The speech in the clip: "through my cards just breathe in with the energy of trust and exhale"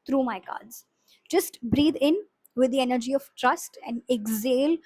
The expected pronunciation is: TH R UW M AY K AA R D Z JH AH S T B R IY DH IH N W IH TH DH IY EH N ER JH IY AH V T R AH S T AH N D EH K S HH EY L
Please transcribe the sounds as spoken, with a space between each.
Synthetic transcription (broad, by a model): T R UW M AY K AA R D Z JH AH S T B R IY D IH N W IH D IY EH N ER JH IY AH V T R AH S T AH N D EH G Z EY L